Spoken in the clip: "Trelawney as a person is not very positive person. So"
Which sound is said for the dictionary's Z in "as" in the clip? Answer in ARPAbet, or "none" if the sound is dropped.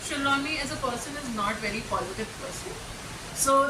Z